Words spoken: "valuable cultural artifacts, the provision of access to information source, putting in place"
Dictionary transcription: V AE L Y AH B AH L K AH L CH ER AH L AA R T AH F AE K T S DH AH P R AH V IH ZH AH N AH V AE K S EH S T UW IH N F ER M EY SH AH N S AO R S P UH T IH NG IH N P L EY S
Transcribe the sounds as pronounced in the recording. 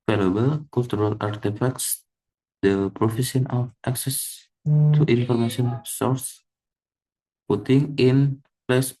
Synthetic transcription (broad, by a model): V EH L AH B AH L K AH L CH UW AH L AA R T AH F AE K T S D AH P R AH F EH S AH N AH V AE K S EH S T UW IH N F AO M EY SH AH N S AO R S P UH T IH NG IH N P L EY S